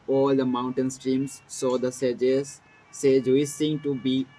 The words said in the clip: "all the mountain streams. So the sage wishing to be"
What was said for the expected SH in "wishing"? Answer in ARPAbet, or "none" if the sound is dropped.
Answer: S